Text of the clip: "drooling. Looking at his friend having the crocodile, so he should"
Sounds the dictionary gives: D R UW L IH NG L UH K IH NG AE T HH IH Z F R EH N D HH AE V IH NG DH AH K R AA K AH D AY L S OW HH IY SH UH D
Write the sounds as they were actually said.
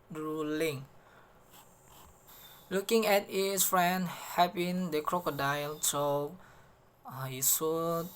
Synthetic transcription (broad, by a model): R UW L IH NG L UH K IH NG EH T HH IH S F R EH N D HH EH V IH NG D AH K R AA K AH D AY L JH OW HH IY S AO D